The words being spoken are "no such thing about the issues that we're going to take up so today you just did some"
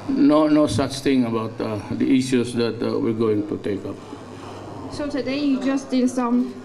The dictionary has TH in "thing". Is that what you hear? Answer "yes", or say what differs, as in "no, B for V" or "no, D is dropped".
no, T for TH